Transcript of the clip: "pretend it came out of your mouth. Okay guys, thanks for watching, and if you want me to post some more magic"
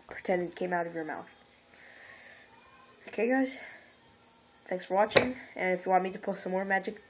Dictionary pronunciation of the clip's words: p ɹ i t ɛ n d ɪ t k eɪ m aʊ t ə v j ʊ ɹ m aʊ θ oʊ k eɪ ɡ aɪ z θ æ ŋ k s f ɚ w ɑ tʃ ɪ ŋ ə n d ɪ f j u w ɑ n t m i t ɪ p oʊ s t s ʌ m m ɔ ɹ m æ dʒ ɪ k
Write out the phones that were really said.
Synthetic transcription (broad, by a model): p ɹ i t ɛ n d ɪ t k eɪ m aʊ t ə v j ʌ ɹ m aʊ θ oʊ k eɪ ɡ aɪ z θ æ ŋ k s f ɚ w ɑ tʃ ɪ ŋ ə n ɪ f j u w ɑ n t m i t ɪ p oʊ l s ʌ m m ɔ ɹ m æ dʒ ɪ k